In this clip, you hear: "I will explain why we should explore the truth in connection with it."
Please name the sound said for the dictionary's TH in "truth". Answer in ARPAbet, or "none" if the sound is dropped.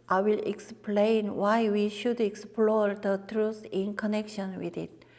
S